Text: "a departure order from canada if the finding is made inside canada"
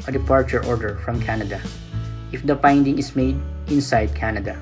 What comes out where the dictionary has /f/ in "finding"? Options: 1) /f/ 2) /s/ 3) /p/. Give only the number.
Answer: 3